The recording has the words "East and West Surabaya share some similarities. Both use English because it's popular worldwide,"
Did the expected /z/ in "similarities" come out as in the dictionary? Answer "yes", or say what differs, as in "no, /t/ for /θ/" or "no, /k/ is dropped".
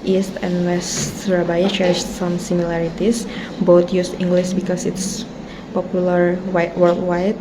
no, /s/ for /z/